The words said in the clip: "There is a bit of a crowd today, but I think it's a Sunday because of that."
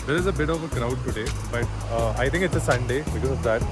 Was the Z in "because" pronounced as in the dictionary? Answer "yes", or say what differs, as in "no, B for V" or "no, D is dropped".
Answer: no, Z is dropped